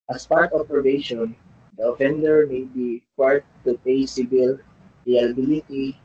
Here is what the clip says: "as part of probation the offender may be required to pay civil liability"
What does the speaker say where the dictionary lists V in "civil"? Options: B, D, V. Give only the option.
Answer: B